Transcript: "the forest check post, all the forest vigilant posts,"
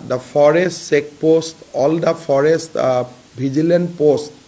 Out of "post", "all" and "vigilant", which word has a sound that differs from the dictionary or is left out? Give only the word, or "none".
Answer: vigilant